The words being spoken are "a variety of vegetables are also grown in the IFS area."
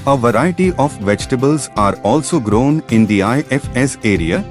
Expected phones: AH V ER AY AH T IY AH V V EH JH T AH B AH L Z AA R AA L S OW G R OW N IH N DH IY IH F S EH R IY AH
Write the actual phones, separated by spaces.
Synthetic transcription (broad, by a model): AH V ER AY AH T IY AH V V EH JH T AH B AH L Z AA R AA L S OW G R OW N IH N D IY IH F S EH R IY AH